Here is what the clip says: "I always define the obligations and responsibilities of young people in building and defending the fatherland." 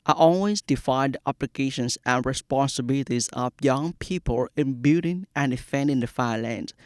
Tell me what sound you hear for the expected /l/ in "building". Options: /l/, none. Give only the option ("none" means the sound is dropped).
none